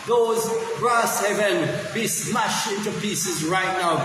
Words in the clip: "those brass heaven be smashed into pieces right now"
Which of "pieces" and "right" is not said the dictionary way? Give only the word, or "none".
none